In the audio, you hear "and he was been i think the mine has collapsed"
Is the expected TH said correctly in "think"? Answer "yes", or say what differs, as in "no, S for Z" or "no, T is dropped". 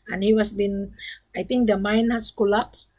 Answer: no, T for TH